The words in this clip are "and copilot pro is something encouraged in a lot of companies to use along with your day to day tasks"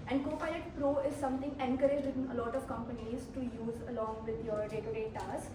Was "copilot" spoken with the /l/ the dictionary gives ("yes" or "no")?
no